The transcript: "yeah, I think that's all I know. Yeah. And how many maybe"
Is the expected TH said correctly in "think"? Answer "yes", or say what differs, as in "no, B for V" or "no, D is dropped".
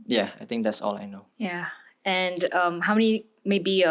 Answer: no, T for TH